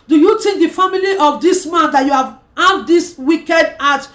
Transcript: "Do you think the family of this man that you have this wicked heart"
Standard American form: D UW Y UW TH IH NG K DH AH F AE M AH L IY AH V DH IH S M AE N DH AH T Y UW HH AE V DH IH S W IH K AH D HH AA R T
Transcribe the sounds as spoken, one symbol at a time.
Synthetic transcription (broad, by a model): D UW Y UW T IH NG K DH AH F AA M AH L IY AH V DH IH S M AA N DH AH T Y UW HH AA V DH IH S W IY K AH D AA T